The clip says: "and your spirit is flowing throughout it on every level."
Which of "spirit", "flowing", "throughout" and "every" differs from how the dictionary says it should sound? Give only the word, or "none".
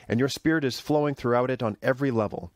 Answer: none